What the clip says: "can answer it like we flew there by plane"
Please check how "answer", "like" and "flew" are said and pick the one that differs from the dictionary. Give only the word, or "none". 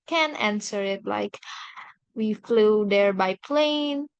none